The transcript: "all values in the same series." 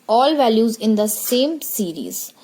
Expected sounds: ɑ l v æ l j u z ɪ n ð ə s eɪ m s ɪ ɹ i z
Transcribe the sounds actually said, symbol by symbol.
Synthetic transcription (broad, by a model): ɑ l v æ l j u z ɪ n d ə s eɪ m s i ɹ i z